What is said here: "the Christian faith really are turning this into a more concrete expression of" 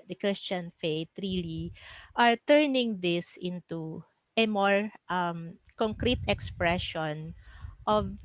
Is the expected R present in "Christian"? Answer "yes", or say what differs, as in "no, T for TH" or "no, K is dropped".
yes